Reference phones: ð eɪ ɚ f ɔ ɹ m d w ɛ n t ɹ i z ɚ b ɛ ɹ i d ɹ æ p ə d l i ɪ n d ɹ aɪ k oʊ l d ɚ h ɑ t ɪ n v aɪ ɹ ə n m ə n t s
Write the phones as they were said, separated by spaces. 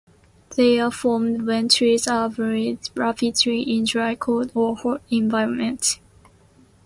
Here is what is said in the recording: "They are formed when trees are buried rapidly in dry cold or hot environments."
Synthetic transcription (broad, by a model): ð eɪ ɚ f ɔ m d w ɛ n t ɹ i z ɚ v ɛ ɹ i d ɹ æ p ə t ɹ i ɪ n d ɹ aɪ k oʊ d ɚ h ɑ ɪ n v aɪ ɹ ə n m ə n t